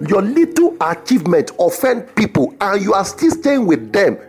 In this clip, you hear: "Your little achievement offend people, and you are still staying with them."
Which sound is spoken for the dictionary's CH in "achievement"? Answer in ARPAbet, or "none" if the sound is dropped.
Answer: CH